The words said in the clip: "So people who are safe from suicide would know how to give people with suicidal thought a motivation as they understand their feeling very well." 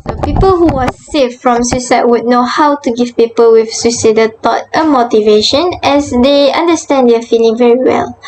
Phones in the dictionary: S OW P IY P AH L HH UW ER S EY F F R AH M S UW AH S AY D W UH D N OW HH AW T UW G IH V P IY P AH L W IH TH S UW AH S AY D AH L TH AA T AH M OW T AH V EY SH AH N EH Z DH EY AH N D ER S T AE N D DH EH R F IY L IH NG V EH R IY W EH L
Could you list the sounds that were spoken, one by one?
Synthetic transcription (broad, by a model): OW P IY P AH L HH UW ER S EY F F R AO M S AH S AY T W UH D N OW HH AW T UW G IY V P IY P AH L W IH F S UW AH S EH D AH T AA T AH M OW T AH V EY SH AH N EH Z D EY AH N D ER S T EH N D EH F IY L IH NG V EH R IY W EH L